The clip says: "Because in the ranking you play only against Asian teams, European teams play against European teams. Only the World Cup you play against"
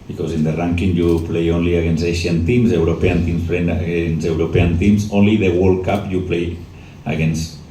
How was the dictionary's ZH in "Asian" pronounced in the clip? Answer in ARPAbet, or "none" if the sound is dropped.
SH